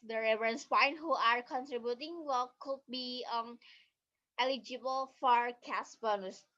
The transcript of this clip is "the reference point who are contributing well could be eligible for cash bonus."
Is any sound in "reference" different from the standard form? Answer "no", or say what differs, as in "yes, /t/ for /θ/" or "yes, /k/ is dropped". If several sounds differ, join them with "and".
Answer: yes, /f/ is dropped